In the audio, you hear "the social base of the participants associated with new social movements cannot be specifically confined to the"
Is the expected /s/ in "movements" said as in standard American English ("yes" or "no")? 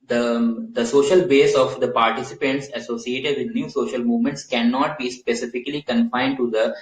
yes